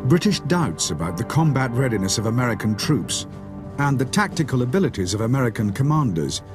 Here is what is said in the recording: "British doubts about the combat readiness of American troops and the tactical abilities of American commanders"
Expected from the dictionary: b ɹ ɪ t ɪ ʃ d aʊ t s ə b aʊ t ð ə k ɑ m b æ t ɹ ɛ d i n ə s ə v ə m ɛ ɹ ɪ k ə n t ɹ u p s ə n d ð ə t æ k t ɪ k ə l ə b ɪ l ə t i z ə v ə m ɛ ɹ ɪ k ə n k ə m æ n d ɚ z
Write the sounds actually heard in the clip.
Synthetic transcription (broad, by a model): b ɹ ɪ t ɪ ʃ d aʊ t s ə b aʊ t ð ə k ɑ m b æ t ɹ ɛ d i n ə s ə v ə m ɛ ɹ ɪ k ə n t ɹ u p s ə n ð ə t æ k t ɪ k ə l ə b ɪ l ə t i z ə v ə m ɛ ɹ ɪ k ə n k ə m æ n d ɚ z